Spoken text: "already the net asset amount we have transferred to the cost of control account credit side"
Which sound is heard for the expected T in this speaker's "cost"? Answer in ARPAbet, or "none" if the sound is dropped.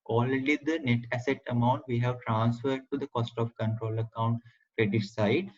T